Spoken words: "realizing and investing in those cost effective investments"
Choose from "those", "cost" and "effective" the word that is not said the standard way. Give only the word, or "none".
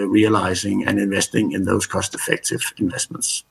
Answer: none